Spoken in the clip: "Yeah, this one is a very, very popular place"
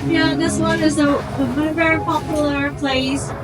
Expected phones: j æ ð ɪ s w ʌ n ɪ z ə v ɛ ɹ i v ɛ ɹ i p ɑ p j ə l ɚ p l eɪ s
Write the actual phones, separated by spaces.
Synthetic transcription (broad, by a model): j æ ð ɪ s w ʌ n ɪ z ə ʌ w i v ɛ ɹ i p ɑ p j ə ɚ p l eɪ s